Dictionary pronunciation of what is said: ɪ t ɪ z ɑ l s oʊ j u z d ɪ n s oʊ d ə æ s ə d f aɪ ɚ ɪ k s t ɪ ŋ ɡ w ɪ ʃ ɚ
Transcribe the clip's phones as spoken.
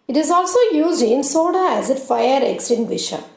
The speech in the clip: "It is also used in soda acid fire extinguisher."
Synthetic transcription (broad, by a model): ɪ t ɪ z ɑ l s oʊ j u z d ɪ n s oʊ d ə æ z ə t f aɪ ɚ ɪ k s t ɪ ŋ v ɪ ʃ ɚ